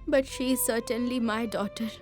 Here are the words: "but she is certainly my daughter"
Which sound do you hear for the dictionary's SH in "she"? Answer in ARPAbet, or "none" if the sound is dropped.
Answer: SH